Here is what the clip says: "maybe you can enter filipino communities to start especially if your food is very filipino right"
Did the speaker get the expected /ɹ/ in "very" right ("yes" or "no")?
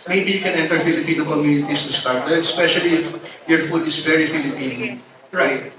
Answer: yes